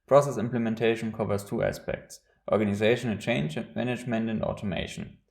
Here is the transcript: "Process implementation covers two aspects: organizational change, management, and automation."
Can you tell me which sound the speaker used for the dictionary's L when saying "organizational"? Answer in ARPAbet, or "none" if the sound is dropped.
N